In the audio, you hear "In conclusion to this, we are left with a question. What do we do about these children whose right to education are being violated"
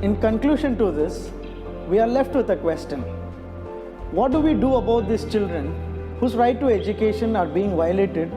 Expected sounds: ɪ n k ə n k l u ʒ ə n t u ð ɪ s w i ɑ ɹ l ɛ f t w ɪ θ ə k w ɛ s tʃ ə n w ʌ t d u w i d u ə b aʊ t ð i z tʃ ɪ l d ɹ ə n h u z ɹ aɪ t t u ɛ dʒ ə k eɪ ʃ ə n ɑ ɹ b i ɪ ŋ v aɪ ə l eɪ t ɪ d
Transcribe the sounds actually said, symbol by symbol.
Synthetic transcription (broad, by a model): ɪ n k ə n k l u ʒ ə n t u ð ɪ s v i ɑ ɹ l ɛ f t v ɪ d ə k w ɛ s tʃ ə n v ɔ t d u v i d u ə b aʊ t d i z tʃ ɪ l d ɹ ə n h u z ɹ aɪ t t u ɛ dʒ ə k eɪ ʃ ə n ɑ ɹ b i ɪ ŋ v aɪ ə l eɪ t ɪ d